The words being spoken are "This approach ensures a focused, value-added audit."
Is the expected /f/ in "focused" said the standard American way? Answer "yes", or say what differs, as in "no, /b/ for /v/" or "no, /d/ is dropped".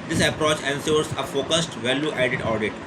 yes